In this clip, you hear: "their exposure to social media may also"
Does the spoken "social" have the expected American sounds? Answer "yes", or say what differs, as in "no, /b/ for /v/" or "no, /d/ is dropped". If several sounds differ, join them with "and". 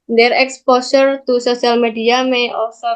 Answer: no, /s/ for /ʃ/